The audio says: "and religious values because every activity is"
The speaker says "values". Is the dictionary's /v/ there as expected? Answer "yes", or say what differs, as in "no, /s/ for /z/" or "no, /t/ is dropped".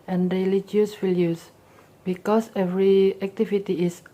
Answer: no, /w/ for /v/